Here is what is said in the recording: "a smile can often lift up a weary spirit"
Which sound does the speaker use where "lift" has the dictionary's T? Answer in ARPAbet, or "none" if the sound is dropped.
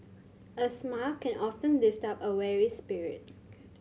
T